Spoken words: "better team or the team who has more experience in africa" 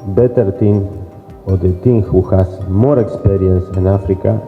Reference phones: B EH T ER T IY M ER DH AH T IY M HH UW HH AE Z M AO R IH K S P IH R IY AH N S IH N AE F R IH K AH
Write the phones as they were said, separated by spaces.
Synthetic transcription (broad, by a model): B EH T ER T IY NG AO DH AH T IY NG HH UW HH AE S M AO R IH K S P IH R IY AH N S IH N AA F R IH K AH